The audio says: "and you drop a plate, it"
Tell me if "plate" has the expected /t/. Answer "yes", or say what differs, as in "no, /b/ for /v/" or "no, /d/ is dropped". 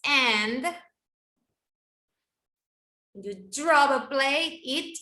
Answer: no, /t/ is dropped